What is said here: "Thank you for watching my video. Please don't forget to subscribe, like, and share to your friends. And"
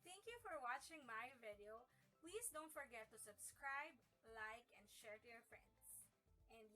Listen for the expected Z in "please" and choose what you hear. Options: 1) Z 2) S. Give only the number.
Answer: 2